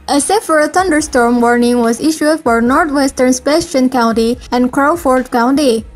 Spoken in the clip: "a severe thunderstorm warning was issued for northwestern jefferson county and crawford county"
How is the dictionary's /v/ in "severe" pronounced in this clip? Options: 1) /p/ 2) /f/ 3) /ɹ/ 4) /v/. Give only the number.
2